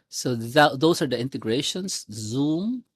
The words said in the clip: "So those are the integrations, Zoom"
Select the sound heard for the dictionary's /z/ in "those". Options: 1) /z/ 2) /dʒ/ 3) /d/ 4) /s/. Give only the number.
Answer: 4